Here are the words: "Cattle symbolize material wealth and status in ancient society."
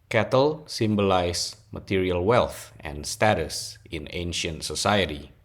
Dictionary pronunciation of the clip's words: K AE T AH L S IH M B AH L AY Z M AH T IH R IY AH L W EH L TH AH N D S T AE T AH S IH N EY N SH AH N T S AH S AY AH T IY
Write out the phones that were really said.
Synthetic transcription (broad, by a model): K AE T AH L S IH M B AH L AY S M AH T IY R IY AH L W EH L TH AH N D S T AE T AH S IH N EY N SH AH N T S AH S AY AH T IY